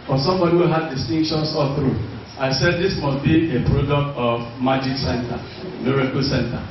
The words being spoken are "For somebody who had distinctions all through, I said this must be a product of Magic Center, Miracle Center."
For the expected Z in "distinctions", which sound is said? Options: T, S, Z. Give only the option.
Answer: S